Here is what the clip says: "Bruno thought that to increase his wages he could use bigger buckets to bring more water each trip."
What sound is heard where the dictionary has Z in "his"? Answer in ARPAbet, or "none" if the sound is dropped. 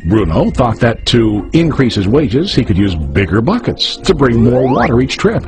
Z